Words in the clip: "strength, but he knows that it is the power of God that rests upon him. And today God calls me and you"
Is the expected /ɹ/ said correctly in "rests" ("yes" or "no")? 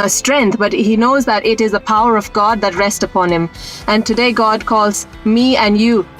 yes